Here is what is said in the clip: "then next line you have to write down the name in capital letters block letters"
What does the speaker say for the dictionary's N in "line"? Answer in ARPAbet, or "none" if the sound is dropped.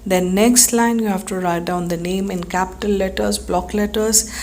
N